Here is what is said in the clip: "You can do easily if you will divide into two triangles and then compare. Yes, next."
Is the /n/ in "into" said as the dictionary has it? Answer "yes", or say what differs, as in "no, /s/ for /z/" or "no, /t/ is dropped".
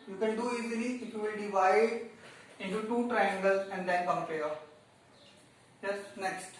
yes